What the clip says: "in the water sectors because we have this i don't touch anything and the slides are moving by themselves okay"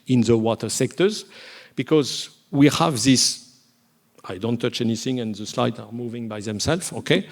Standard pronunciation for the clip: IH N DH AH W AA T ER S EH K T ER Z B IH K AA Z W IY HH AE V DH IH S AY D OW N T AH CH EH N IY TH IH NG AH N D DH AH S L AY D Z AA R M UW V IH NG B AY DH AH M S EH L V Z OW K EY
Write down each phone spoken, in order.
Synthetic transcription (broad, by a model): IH N DH AH W AA T ER S EH K T ER Z B IH K AA Z W IY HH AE V DH IH S AY D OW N T AH CH EH N IY TH IH NG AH N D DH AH S L AY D AA R M UW V IH NG B AY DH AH M S EH L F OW K EY